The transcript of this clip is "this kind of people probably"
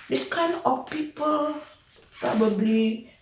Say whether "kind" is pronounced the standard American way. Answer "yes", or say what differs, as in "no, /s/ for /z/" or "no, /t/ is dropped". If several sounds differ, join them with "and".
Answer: no, /d/ is dropped